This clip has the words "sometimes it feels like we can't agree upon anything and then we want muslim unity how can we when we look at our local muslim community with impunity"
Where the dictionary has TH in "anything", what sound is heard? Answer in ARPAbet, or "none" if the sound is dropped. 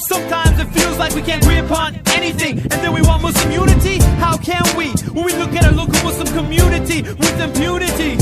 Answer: TH